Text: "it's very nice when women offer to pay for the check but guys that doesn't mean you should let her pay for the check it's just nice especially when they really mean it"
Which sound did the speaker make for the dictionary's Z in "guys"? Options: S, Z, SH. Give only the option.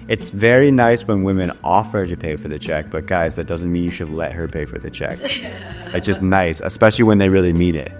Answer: Z